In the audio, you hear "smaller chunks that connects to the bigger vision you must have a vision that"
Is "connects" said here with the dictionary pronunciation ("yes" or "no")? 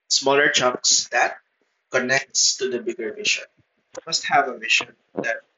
yes